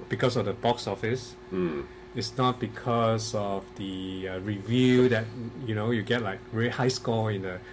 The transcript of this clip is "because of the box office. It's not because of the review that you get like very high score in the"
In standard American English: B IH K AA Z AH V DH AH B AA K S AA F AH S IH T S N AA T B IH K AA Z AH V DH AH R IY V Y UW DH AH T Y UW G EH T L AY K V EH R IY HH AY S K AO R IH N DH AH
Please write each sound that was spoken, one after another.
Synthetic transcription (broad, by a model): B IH K AA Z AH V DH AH B AA K S AA F AH S IH T S N AA T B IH K AA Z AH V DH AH R IY V Y UW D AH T Y UW G EH T L AY K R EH IY HH AY S K AO IH N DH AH